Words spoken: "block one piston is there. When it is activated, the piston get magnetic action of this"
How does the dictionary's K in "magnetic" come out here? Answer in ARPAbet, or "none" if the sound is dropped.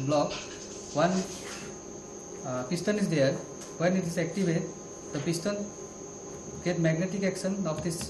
K